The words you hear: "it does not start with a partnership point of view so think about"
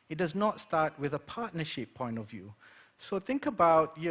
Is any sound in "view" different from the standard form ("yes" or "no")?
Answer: no